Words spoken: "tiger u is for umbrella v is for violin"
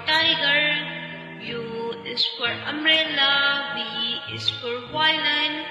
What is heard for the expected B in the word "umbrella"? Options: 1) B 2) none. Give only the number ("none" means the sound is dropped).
2